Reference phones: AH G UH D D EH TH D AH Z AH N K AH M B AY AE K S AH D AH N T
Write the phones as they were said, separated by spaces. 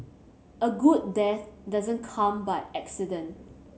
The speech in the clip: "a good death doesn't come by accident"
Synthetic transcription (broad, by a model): AH G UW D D EH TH D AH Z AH N K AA M B AY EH K S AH D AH N